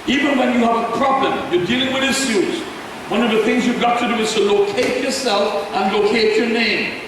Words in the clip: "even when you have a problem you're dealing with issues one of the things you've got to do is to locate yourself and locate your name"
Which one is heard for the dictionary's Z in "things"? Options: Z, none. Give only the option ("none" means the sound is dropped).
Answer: Z